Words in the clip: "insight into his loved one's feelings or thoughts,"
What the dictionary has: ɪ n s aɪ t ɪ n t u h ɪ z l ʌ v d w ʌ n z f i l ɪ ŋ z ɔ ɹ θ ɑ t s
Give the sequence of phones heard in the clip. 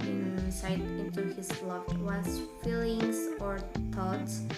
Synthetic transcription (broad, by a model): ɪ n s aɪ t ɪ n t u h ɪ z l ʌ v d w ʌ z f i l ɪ ŋ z ɔ ɹ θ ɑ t s